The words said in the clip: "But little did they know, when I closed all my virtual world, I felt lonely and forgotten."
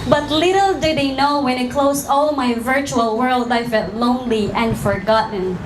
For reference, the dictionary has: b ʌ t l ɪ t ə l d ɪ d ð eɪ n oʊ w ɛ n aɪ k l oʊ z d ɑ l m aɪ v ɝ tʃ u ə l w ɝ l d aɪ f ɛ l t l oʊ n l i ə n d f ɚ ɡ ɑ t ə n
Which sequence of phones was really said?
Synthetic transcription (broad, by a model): b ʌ t l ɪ t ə l d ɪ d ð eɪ n oʊ w ɛ n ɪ k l oʊ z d ɑ l m aɪ v ɝ tʃ u ə l w ɝ l d aɪ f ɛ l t l oʊ n l i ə n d f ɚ ɡ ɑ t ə n